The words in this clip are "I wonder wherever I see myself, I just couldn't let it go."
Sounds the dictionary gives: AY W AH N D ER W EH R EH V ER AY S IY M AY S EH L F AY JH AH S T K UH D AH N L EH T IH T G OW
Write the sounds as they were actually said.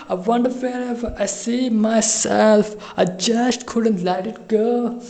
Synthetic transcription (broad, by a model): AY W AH N D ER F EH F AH ER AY S IY M AY S EH L F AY JH AH S T K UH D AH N L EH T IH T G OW